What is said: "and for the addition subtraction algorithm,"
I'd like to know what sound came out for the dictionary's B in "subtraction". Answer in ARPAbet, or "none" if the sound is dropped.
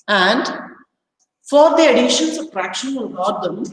none